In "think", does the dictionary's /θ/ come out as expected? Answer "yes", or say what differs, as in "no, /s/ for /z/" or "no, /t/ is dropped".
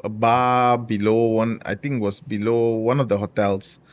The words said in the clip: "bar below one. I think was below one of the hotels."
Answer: no, /t/ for /θ/